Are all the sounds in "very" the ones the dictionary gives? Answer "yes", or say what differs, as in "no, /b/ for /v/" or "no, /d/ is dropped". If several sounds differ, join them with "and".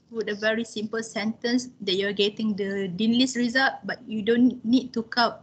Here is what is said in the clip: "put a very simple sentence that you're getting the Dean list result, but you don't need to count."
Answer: yes